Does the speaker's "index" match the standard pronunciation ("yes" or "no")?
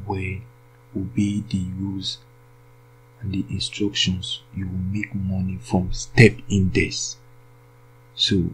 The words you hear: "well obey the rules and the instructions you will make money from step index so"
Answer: no